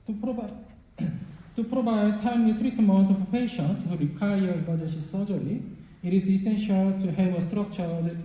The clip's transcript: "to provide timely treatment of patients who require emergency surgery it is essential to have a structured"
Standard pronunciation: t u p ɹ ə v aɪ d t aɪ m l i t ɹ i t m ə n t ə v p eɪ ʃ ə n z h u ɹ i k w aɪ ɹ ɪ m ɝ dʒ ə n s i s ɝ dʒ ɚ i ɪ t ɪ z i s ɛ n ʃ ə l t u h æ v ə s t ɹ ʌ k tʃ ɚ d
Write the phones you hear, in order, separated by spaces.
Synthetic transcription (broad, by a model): t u p ɹ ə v aɪ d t aɪ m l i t ɹ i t m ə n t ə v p eɪ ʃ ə n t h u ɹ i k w aɪ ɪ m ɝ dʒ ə s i s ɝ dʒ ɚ i ɪ t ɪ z i s ɛ n ʃ ə l t u h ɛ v ə s t ɹ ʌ k tʃ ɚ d